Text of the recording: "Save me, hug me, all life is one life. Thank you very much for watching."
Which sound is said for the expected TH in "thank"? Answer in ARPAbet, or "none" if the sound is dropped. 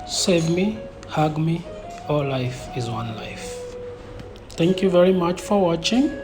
T